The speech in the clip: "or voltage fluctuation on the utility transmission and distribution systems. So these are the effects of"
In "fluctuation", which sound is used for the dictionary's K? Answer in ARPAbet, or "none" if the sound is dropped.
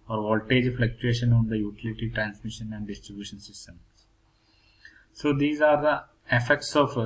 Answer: K